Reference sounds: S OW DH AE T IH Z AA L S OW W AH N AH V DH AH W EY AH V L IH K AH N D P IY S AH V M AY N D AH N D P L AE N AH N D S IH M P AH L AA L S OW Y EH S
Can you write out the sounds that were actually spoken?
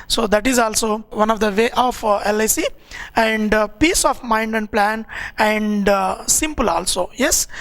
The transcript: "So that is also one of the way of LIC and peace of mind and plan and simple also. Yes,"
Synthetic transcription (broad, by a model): S OW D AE T IH Z AA L S OW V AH N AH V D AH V EY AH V L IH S AH N D P IY S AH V M AY N D AH N D P L AE N AH N D S IH M P AH L AA L S OW Y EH S